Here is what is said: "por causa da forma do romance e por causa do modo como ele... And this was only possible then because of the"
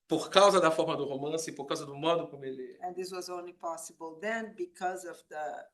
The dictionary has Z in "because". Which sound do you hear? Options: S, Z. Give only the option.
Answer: Z